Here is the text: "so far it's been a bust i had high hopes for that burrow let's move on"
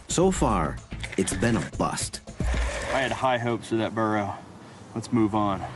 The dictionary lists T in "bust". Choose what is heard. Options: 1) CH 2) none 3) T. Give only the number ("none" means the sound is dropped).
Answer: 3